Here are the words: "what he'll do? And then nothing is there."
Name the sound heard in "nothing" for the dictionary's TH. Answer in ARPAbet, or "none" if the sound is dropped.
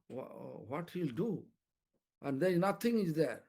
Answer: T